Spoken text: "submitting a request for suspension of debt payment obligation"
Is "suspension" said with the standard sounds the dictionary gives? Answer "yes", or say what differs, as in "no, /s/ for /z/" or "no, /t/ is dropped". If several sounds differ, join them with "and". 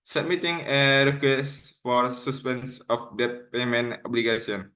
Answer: no, /s/ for /ʃ/